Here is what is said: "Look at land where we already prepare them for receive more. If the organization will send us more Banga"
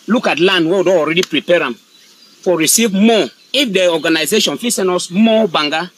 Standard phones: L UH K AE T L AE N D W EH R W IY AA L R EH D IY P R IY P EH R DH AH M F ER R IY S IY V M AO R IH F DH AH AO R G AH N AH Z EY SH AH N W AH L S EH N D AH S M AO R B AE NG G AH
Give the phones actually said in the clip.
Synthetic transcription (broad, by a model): L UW K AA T L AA N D W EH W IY AA L R EH D IY P R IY P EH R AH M F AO R IY S IY V M AO IH F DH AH AO G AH N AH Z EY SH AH N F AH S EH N AO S M AO B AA NG G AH